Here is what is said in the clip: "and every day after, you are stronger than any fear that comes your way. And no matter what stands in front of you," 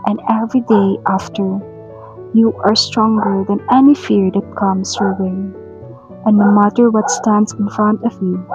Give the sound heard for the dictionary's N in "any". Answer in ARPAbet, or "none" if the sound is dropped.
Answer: N